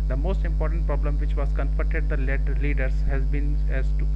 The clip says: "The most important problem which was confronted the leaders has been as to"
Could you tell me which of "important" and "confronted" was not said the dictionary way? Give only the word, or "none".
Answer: confronted